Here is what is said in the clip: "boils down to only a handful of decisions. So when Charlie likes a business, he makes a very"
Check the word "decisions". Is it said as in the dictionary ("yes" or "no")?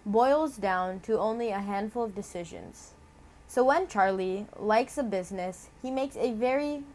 yes